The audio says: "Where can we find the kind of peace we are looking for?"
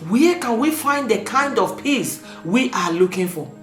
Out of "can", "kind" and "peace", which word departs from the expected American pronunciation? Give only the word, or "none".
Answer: none